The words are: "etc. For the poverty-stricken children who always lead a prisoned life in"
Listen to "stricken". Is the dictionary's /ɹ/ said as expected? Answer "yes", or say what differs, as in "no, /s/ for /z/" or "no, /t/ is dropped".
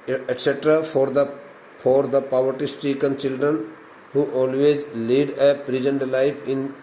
no, /ɹ/ is dropped